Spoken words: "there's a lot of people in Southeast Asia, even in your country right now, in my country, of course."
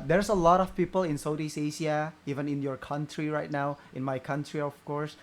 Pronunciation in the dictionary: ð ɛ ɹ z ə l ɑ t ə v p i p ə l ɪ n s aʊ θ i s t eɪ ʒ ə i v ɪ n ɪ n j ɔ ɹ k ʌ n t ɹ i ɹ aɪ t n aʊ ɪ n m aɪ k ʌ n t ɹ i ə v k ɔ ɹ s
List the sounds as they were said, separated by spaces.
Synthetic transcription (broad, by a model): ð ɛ ɹ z ə l ɑ t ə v p i p ə l ɪ n s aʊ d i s eɪ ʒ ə i v ɪ n ɪ n j ɔ ɹ k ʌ n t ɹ i ɹ aɪ t n aʊ ɪ n m aɪ k ʌ n t ɹ i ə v k ɔ ɹ s